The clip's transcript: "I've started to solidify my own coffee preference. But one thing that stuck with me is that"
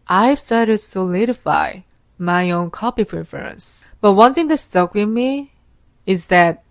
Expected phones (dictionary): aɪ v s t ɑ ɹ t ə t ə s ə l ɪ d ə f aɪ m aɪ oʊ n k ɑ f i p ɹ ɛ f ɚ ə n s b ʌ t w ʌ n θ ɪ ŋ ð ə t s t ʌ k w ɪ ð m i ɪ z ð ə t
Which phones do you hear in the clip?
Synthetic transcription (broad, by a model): aɪ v s t ɑ ɹ t ə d s ə l ɪ d ə f aɪ m aɪ oʊ n k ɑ p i p ɹ ɛ f ɚ ə n s b ʌ t w ʌ n θ ɪ ŋ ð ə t s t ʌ k w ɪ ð m i ɪ z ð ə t